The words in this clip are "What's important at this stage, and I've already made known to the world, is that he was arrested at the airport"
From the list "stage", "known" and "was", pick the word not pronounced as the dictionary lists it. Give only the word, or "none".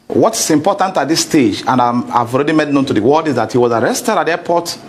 none